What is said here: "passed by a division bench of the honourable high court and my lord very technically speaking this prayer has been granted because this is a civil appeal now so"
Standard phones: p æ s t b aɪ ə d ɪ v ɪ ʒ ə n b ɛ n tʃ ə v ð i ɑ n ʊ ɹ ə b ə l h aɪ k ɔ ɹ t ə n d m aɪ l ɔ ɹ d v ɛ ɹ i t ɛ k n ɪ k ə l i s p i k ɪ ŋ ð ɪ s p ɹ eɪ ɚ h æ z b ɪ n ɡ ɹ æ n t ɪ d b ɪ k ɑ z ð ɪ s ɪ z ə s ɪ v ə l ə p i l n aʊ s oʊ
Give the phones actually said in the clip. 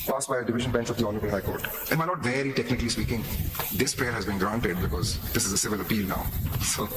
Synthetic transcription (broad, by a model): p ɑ s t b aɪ ə d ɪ v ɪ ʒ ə n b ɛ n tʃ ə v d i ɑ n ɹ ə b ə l h aɪ k ɔ ɹ t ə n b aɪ n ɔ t v ɛ ɹ i t ɛ k n ɪ k ə l i s p i k ɪ ŋ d ɪ s p ɹ eɪ ɚ h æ z b ɪ n ɡ ɹ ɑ n t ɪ d b ɪ k ɑ z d ɪ s ɪ z ə s ɪ v ə l ə p i l n aʊ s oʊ